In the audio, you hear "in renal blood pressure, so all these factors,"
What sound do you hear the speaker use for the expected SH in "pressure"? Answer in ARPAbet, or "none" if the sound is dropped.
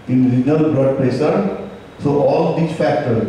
S